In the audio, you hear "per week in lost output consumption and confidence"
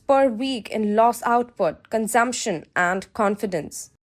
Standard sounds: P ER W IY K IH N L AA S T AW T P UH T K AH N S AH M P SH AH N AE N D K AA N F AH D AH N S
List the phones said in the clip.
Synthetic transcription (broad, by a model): P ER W IY K IH N L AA S AW T P UH T K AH N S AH M P SH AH N AE N D K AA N F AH D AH N S